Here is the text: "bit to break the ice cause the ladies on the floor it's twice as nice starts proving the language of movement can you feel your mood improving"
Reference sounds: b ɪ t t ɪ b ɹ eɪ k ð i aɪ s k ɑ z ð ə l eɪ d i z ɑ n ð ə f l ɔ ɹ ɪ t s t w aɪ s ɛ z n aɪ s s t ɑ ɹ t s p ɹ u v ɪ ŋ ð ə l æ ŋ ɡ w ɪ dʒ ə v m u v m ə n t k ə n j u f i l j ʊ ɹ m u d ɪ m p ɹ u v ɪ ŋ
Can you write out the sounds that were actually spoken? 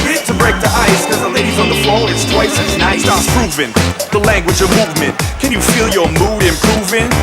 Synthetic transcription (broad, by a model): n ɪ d t ɪ b ɹ eɪ k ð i aɪ s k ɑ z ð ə l eɪ d i z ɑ n ð ə f l ɔ ɹ ɪ t s t w aɪ s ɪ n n aɪ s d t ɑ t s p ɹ u v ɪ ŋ ð ə l æ ŋ ɡ w ɪ dʒ ə v m u v m ə n t k ə n j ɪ f i l j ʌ ɹ m u d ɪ m p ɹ u v ɪ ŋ